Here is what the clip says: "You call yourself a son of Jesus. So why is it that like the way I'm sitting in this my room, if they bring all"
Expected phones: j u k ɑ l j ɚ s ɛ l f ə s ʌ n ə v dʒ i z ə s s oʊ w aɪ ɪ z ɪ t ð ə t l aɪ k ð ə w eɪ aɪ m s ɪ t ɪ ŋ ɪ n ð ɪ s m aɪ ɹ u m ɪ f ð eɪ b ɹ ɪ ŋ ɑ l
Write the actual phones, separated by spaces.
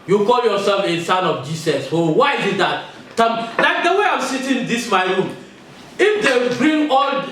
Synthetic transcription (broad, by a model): j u k ɑ l j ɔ s ɛ l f ə s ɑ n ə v dʒ i s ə s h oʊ w aɪ ɪ z ɪ t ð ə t l aɪ k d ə w eɪ aɪ m s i t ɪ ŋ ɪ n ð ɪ s m aɪ ɹ u m ɪ f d eɪ b ɹ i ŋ ɑ l